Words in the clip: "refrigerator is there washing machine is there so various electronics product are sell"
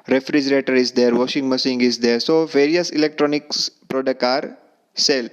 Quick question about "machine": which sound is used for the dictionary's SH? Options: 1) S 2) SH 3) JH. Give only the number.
1